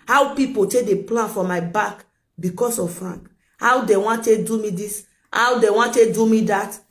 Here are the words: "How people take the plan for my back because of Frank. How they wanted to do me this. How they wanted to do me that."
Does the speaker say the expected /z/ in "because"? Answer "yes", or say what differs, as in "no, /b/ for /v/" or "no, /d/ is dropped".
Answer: no, /s/ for /z/